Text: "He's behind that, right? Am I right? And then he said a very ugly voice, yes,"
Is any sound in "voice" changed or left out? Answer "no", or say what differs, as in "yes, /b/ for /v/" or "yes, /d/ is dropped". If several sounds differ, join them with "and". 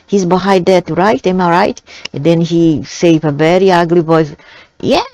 yes, /b/ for /v/